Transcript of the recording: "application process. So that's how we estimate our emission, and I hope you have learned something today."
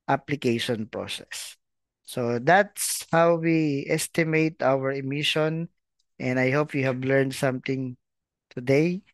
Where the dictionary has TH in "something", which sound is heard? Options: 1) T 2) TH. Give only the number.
1